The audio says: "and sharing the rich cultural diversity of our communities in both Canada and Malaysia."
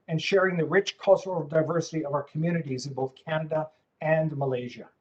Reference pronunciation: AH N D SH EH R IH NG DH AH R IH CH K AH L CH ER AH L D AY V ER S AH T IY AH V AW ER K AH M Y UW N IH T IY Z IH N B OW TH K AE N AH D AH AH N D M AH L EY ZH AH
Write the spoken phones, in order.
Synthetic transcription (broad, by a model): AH N SH EH R IH NG DH AH R IH CH K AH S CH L D AY V ER S AH T IY AH V AW ER K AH M Y UW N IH T IY Z IH N B OW TH K AE N AH D AH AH N M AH L EY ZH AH